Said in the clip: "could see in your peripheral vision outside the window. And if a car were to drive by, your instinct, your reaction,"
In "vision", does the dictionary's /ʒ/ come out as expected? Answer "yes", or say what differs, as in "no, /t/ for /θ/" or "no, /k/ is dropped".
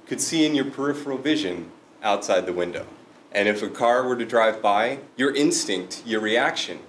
yes